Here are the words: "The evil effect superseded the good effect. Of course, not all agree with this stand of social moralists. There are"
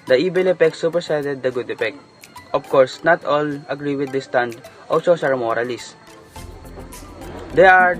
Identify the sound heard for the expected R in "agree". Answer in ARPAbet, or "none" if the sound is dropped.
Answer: R